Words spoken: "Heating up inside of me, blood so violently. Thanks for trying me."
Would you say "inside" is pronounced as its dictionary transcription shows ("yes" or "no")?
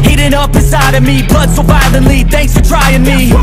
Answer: no